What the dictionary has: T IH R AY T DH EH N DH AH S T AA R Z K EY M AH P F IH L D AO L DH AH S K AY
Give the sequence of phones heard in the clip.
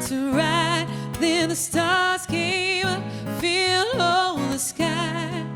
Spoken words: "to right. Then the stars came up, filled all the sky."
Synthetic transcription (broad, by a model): T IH R AY T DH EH N DH AH S T AA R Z K EY M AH F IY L AO N DH AH S K AY